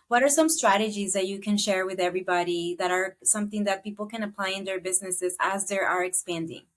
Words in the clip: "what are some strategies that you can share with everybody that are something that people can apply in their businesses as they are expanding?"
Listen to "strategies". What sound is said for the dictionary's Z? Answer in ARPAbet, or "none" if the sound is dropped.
Z